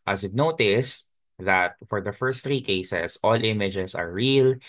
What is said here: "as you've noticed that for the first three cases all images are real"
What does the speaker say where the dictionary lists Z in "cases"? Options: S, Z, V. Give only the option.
S